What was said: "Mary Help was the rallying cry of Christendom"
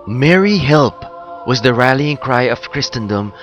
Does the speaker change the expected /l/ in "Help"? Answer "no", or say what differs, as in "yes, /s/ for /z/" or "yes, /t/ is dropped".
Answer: no